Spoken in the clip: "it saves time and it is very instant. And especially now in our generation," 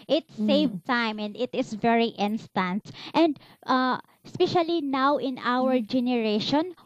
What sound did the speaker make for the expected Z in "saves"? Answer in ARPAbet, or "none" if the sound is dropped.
none